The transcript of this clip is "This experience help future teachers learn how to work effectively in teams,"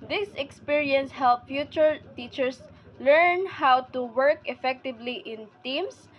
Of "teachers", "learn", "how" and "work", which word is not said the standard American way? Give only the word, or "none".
teachers